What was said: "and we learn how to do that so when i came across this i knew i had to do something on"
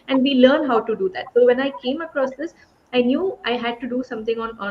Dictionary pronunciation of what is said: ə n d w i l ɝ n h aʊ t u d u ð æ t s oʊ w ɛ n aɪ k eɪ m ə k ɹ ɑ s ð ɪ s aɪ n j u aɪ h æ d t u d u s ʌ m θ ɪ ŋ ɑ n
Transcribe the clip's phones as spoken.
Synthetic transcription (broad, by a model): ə n d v i l ɝ n h aʊ t u d u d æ t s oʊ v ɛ n aɪ k eɪ m ə k ɹ ɑ s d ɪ s aɪ n j u aɪ h æ d t u d u s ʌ m t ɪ ŋ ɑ n